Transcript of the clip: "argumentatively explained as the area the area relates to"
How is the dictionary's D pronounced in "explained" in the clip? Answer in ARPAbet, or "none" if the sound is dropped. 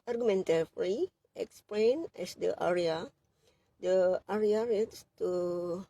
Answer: none